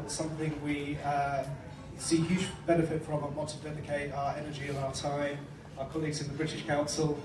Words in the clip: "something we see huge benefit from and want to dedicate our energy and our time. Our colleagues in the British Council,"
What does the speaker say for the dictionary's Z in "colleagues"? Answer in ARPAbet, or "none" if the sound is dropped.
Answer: Z